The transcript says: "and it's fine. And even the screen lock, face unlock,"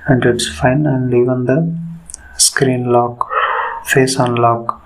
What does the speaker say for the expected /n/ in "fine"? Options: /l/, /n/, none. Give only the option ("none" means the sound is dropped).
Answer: /n/